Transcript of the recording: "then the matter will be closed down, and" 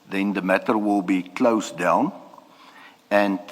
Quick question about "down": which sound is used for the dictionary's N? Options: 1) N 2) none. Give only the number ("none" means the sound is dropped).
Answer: 1